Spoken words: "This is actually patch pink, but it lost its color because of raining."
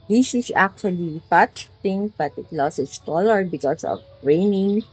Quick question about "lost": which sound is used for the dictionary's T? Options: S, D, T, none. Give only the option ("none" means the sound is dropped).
none